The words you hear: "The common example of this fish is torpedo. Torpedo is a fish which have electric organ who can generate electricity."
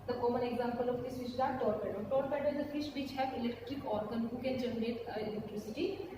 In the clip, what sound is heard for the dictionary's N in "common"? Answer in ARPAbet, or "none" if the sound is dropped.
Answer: N